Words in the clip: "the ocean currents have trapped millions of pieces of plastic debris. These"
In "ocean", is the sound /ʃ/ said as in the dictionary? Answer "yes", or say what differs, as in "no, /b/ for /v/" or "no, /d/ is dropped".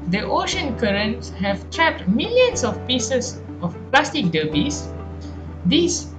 yes